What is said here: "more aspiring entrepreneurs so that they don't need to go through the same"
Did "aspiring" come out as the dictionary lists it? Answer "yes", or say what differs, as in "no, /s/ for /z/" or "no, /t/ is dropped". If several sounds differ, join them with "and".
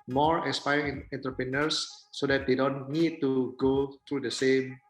no, /ɹ/ is dropped